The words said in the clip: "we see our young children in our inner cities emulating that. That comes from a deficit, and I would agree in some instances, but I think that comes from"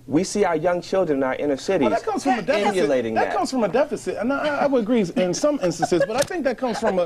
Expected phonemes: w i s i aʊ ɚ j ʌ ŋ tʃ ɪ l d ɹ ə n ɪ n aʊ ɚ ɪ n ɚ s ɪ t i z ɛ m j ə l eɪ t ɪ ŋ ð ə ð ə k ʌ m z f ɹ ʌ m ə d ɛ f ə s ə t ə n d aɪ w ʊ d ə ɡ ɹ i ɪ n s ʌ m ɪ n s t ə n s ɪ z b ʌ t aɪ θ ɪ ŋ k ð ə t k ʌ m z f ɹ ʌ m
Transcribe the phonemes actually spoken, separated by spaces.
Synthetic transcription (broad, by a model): w i s i aʊ ɚ j ʌ ŋ tʃ ɪ l d ɹ ə n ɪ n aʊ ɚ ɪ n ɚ s ɪ t i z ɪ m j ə l eɪ t ɪ ŋ ð ə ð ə k ʌ m z f ɹ ʌ m ə d ɛ f ə s ə t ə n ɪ aɪ w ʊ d ə ɡ ɹ i ɪ n s ʌ m ɪ n s t ə n s ɪ z b ʌ t aɪ θ ɪ ŋ k ð ə t k ʌ m z f ɹ ʌ m